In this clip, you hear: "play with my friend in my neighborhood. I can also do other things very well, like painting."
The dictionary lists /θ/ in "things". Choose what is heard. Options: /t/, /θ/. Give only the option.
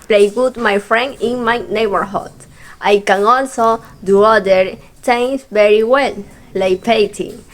/t/